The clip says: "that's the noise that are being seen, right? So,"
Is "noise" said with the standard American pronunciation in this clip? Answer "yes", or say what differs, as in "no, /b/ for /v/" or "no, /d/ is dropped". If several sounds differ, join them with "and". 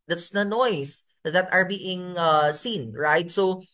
no, /s/ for /z/